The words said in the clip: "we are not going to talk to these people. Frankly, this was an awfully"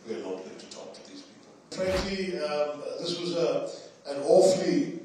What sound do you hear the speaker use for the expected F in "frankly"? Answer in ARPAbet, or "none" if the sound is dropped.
P